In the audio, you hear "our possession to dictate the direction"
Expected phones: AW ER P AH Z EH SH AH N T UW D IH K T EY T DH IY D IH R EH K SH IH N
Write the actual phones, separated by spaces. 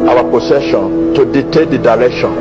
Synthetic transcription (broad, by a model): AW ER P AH S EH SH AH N T UW D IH T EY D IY D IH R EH K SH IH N